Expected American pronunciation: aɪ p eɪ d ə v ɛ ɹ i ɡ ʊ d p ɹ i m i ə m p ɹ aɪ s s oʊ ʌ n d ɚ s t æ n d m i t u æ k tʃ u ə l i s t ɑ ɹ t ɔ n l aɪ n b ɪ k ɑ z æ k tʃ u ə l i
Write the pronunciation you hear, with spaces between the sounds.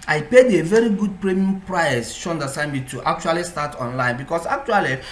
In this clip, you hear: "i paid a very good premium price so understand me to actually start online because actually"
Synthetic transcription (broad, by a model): aɪ p eɪ d ə v ɛ ɹ i ɡ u d p ɹ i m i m p ɹ aɪ s ʃ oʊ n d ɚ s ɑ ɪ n m i t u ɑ k tʃ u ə l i s t ɑ t ɔ n l aɪ n b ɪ k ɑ s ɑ k tʃ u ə l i